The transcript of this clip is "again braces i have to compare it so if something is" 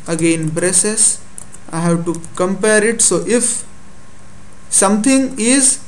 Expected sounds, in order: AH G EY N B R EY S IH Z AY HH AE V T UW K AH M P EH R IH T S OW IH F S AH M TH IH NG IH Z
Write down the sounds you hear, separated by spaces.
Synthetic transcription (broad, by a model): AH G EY N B R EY S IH S AY HH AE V T UW K AH M P EH R IH T S OW IH F S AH M T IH NG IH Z